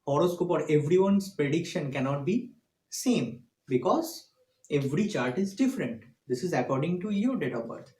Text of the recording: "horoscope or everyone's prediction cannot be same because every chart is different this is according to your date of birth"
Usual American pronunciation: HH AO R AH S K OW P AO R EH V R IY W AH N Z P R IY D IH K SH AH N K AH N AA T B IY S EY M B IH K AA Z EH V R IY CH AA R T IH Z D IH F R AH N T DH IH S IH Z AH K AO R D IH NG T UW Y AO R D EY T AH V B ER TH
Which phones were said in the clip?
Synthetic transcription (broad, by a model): HH AO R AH S K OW P AO R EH V R IY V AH N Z P R IY D IH K SH AH N K AH N AA T B IY S EY M B IH K AA Z EH V R IY CH AA R T IH Z D IH F R AH N T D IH S IH Z AH K AO R D IH NG T UW Y AO R D EY T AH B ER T